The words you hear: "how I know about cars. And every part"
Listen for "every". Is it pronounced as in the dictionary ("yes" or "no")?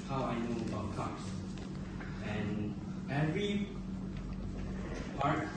yes